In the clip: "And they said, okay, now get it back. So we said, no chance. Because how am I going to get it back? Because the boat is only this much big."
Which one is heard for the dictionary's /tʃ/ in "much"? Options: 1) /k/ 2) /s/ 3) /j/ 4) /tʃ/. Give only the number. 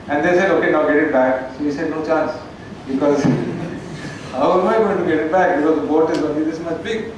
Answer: 2